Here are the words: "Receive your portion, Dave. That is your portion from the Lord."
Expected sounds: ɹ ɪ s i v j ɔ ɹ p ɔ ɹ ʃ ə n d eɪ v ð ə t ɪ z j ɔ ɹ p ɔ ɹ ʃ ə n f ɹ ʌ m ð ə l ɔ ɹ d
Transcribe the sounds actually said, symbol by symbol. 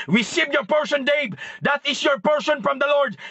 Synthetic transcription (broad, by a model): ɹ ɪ s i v j ɔ ɹ p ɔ ɹ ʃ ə n d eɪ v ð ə t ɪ s j ɔ ɹ p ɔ ɹ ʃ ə n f ɹ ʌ m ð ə l ɔ ɹ d